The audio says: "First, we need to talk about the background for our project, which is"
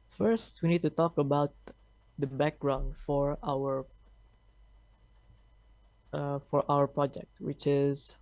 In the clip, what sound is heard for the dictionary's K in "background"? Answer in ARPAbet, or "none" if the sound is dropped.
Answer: K